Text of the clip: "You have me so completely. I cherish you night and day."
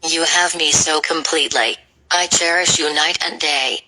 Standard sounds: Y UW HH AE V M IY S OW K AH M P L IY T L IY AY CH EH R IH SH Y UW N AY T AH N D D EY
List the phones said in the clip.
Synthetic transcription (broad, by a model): Y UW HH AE V M IY S OW K AH M P L IY T L IY AY CH EH R IH SH Y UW N AY T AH N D D EY